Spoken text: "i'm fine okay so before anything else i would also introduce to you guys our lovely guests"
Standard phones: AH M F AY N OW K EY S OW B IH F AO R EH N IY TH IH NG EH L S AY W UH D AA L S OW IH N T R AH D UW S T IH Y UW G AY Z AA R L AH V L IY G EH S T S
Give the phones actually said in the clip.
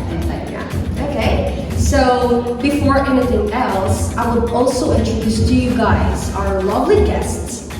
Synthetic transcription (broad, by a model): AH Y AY OW K EY S OW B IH F AO R EH N IY TH IH NG EH L S AY W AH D AA L S OW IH N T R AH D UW S T IH Y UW G AY Z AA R L AH V L IY G EH S T S